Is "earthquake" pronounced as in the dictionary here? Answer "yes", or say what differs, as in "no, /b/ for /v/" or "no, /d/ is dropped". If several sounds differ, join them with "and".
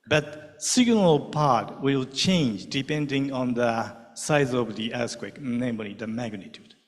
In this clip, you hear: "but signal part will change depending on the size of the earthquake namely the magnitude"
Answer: no, /s/ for /θ/